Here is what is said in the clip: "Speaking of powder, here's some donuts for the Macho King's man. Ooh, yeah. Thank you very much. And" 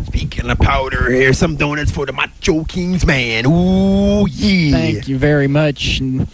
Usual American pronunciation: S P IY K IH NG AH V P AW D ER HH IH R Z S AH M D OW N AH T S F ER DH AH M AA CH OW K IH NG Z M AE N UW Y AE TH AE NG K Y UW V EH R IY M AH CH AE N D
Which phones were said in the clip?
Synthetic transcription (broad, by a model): S P IY K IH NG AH P AW D ER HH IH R S AH M D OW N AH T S F ER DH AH M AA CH OW K IH NG Z M AE N UW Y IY TH AE NG K Y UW V EH R IY M AH CH N